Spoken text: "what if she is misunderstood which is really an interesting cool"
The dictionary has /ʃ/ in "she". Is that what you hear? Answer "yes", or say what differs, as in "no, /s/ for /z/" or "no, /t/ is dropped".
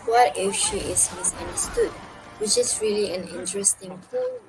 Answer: yes